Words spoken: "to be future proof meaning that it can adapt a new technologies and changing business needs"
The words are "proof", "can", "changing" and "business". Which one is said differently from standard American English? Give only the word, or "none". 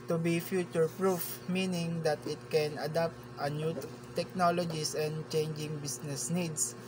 business